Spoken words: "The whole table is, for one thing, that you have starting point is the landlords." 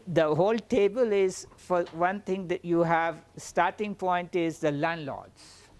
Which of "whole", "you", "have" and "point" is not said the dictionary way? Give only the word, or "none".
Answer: none